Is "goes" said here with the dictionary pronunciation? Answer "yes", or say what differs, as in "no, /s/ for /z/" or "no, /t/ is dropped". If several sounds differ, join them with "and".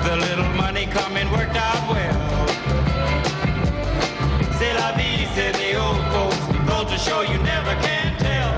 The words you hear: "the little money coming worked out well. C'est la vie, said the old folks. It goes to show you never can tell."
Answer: no, /z/ is dropped